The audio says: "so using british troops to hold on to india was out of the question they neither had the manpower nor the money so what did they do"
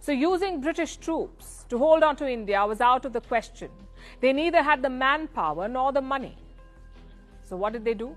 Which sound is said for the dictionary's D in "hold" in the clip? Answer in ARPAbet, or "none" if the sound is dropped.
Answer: D